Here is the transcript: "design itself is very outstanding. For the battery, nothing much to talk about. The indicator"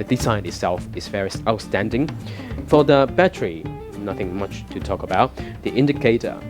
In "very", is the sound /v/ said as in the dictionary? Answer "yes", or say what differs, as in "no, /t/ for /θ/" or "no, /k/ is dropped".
no, /f/ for /v/